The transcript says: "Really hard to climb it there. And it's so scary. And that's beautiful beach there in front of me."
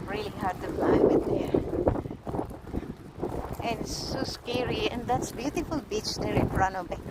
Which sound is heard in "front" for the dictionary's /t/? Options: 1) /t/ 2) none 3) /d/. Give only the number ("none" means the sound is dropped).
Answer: 2